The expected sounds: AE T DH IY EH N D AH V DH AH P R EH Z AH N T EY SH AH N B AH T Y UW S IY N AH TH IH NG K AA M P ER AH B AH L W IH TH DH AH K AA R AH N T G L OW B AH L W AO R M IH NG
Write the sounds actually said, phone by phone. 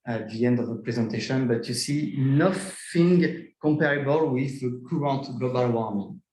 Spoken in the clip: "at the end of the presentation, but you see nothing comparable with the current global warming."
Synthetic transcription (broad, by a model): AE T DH IY EH N D AH V DH AH P R EH Z AH N T EY SH AH N B AH T Y UW S IY N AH F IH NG K AA M P ER AH B AH L W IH DH AH K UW R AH N T G L OW B AH L W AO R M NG